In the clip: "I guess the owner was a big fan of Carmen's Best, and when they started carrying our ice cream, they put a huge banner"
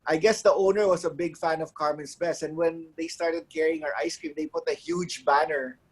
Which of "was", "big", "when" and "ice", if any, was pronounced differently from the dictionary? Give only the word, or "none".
was